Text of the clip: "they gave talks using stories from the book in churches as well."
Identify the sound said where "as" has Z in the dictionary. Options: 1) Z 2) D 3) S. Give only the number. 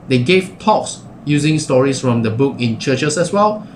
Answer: 3